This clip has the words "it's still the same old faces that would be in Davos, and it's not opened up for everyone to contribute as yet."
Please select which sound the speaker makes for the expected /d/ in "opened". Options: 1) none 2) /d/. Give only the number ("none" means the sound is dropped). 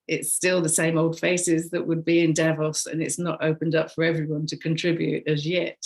2